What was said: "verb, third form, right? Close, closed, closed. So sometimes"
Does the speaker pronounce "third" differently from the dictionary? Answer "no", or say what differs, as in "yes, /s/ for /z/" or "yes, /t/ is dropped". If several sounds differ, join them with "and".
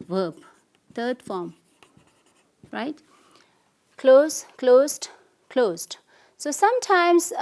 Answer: yes, /t/ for /θ/